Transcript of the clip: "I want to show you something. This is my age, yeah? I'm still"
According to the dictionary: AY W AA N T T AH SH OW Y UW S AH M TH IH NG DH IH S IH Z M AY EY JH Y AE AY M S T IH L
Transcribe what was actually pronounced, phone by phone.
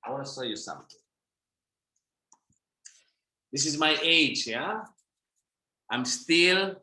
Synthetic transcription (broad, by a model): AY W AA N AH S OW Y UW S AH M TH IH NG DH IH S IH Z M AY EY JH Y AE AY M S T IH L